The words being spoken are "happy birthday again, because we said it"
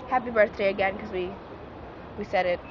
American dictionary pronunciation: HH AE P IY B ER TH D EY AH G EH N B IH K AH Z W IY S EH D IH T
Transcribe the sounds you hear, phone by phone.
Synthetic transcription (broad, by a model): HH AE P IY B ER TH D EY AH G EH N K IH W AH W IY S EH D IH T